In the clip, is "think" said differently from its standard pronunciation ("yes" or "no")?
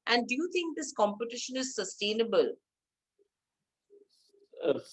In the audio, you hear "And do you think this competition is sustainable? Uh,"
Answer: yes